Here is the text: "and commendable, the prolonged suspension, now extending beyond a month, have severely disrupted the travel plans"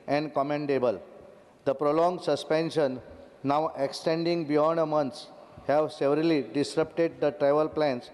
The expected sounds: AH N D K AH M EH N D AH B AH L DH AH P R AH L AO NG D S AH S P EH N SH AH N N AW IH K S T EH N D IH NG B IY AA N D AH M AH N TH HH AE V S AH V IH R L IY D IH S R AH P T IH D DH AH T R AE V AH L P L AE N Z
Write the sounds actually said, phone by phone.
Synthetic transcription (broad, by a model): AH N D K AH M EH N D AH B AH L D AH P R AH L AO NG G S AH S P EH N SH AH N N AW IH K S T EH N D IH NG B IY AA N D AH M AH N S HH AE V S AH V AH R L IY D IH S R AH P T IH D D AH T R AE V AH L P L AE N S